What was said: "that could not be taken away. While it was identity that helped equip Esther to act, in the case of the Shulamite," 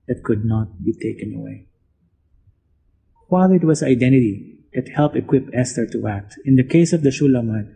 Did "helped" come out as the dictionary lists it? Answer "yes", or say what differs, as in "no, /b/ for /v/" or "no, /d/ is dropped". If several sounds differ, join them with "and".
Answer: no, /t/ is dropped